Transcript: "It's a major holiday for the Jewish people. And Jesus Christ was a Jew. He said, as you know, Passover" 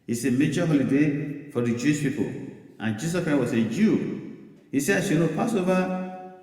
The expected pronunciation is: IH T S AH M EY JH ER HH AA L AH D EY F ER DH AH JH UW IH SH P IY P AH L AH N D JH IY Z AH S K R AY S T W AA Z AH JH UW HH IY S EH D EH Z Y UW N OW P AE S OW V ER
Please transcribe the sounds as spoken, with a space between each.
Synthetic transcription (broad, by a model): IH S AH M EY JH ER HH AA L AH D EY F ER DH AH JH UW IH SH P IY P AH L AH N JH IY S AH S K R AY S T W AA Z AH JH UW HH IY S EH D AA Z Y UW N OW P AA S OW V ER